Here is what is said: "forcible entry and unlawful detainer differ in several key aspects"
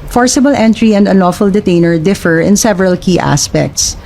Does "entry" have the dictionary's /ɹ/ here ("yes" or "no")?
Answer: yes